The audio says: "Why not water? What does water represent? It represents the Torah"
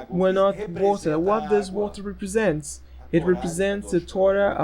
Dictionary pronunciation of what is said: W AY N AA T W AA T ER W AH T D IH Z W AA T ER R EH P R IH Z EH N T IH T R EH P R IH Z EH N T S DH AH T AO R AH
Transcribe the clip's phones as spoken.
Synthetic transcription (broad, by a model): W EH N AA T W AA T ER W AH T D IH S W AA T ER R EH P R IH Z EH N T IH T R EH P R IH Z EH N T S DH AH T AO R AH